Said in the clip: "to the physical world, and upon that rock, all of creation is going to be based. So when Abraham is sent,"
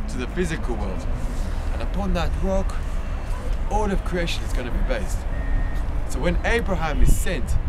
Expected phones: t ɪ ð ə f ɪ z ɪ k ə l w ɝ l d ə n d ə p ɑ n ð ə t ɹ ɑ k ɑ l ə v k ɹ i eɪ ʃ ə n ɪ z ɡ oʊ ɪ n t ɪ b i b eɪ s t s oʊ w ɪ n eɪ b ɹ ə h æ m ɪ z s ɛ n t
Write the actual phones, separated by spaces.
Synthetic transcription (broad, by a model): t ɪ ð ə f ɪ z ɪ k ə l w ɝ l d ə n ə p ɑ n ð ə t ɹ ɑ k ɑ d ə v k ɹ i eɪ ʃ ə n ɪ z ɡ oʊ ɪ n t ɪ b i b eɪ s t s oʊ w ɪ n eɪ b ɹ ə h æ m ɪ z s ɛ n t